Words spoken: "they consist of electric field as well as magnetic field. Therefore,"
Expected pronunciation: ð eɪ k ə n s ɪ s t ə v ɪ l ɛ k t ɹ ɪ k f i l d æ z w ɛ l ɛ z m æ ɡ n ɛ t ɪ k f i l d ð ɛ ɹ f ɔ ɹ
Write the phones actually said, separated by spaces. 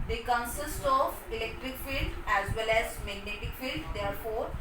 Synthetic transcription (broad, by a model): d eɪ k ə n s ɪ s t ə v ɪ l ɛ k t ɹ ɪ k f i l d æ z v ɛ l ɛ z m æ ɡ n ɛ t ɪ k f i l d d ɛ ɹ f ɔ ɹ